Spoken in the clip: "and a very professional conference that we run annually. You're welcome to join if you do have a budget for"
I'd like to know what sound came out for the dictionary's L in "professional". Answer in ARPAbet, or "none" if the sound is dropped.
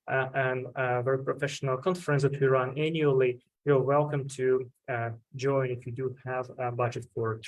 L